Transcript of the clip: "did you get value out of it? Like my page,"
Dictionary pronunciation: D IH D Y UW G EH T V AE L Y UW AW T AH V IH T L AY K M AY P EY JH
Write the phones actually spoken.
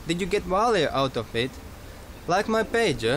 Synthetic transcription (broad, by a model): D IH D Y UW G EH T W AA L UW AW T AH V IH T L AY K M AY P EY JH